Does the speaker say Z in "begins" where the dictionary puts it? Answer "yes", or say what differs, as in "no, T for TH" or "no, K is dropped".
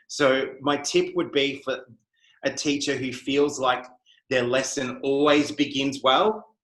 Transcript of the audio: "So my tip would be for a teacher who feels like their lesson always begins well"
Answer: yes